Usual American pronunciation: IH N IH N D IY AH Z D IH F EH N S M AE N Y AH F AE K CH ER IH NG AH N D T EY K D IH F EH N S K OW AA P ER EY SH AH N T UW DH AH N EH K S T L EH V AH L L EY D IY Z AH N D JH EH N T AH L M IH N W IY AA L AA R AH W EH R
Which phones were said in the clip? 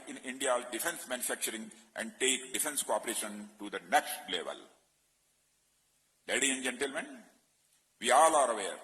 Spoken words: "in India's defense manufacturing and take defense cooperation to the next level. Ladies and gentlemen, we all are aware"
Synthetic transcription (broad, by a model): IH N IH N D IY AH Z D IH F EH N S M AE N Y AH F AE K CH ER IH NG AH N D T EY K D IH F EH N S K OW AA P ER EY SH AH N T UW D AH N EH K S T L EH V AH L L EY D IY AH N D JH EH N T AH L M IH N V IY AA L AA R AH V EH R